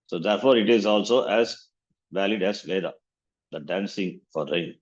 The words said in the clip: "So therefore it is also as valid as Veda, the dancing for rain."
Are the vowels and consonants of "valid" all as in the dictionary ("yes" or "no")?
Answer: yes